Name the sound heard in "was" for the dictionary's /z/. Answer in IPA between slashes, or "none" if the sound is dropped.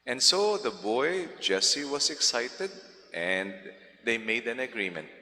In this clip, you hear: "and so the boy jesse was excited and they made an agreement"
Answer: /s/